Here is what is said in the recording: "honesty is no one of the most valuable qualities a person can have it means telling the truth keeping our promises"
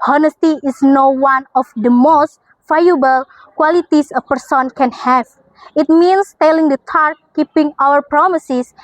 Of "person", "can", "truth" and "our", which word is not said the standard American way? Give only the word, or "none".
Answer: truth